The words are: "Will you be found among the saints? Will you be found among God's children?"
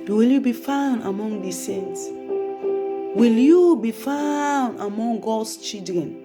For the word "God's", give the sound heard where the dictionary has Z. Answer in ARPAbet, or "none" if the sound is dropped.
S